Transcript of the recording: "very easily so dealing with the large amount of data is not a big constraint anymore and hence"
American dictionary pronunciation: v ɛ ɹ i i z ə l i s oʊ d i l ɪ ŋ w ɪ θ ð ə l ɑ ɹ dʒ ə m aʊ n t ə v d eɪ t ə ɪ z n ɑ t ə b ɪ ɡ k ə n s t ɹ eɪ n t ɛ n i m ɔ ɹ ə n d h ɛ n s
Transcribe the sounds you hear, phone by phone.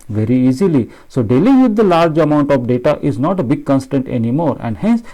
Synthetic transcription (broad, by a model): v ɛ ɹ i i z ə l i s oʊ d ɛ l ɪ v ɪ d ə l ɑ ɹ dʒ ə m aʊ n t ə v d eɪ t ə ɪ z n ɑ t ə b ɪ ɡ k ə n s t eɪ n t ɛ n i m ɔ ɹ ə n d h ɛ n s